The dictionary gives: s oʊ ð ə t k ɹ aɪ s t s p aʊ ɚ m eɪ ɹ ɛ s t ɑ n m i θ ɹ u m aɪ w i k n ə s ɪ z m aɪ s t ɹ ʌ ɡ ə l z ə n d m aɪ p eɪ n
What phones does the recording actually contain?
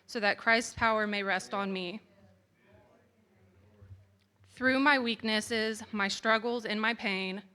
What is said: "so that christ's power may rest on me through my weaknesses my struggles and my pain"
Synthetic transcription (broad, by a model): s oʊ ð ə t k ɹ aɪ s t s p aʊ ɚ m eɪ ɹ ɛ s t n m i θ ɹ u m aɪ w i k n ə s ɪ z m aɪ s t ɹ ʌ ɡ l z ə n m aɪ p eɪ n